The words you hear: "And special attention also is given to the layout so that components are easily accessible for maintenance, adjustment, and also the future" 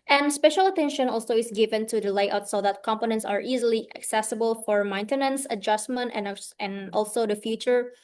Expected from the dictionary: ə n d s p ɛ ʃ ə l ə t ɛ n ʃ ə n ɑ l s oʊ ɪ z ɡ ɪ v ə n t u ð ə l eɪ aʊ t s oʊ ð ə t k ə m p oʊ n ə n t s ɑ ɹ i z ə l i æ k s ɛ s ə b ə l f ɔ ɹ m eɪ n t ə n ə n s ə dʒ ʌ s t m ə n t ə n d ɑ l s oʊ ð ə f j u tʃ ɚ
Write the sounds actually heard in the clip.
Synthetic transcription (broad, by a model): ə n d s p ɛ ʃ ə l ə t ɛ n ʃ ə n ɑ l s oʊ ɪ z ɡ ɪ v ə n t u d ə l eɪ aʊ t s oʊ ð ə t k ə m p oʊ n ə n t s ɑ ɹ i z ə l i æ k s ɛ s ə b ə l f ɔ ɹ m eɪ n t ə n ə n s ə dʒ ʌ s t m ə n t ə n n ɑ l s oʊ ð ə f j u tʃ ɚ